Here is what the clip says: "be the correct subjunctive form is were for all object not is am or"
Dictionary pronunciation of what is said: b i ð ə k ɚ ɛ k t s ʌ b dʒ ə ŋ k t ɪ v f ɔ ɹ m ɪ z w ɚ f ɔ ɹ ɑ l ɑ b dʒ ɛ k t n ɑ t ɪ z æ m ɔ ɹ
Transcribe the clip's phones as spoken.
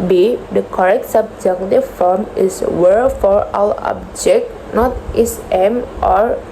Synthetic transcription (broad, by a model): b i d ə k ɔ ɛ k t s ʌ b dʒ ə k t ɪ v f ɔ ɹ m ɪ s w ɚ f ɔ ɹ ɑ w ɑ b dʒ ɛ k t n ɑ t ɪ s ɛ m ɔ ɹ